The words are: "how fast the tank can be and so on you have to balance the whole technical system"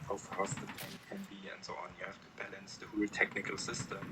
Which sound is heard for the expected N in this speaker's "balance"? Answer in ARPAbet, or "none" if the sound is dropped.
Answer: N